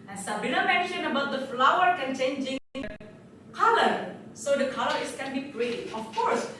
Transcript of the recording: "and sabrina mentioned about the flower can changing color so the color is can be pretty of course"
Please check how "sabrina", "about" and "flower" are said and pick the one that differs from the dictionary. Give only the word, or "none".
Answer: sabrina